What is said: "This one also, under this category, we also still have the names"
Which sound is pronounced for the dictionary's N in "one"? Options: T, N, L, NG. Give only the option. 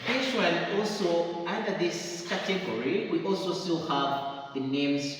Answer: L